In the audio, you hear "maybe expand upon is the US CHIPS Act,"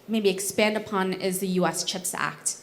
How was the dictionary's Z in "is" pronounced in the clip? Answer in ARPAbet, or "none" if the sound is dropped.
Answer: Z